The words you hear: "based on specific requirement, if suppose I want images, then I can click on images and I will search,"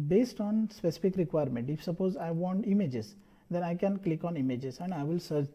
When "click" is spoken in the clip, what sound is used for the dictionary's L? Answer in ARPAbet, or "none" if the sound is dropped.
L